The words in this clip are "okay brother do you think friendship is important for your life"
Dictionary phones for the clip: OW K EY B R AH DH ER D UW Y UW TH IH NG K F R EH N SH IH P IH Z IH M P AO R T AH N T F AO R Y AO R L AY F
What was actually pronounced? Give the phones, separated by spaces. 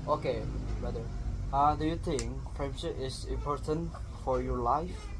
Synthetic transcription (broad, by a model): OW K EY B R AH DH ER D UW Y UW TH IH NG K P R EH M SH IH IH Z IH M P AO R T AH N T F AO R Y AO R L AY F